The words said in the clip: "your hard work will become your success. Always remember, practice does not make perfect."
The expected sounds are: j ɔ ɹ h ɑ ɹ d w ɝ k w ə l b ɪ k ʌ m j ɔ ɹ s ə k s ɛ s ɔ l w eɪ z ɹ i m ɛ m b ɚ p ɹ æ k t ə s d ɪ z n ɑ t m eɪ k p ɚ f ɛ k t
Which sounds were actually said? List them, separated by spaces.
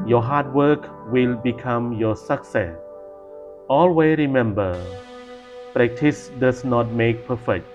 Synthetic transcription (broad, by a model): j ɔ h ɑ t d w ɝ k w ə l b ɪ k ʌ m j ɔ s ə k s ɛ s ɔ l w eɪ ɹ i m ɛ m b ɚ p ɹ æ k t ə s d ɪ s n ɑ t m eɪ k p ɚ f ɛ k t